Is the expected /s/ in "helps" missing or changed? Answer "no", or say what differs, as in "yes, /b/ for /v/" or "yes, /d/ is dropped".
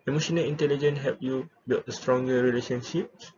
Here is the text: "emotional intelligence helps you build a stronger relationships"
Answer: yes, /s/ is dropped